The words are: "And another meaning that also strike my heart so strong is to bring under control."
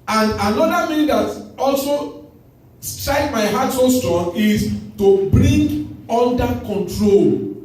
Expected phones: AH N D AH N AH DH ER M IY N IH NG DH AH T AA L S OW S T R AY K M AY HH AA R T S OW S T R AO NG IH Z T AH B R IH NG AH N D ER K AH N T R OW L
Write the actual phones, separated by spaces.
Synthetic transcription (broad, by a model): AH N D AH N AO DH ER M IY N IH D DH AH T AA L S OW S T R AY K M AY HH AA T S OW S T AO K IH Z T AH B R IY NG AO N D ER K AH N T R OW L